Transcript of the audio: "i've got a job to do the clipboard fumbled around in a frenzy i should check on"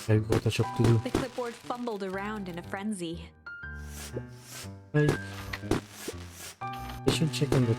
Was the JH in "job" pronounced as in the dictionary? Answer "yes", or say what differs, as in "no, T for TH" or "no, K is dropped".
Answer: no, CH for JH